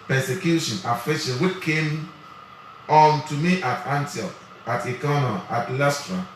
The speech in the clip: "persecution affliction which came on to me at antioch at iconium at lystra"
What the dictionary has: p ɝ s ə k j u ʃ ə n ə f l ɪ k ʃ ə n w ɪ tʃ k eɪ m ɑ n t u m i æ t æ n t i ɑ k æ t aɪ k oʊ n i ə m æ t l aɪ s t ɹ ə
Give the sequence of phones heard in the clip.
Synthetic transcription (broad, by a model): p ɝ s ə k j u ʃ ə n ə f ɪ ʃ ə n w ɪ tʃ k eɪ m ɑ n t u m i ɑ t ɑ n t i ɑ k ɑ t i k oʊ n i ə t l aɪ s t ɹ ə